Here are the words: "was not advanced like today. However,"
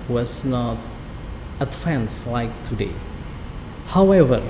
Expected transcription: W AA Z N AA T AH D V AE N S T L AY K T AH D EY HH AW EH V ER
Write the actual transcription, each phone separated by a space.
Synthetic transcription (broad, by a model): W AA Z N AA T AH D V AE N S L AY K T AH D EY HH AW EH V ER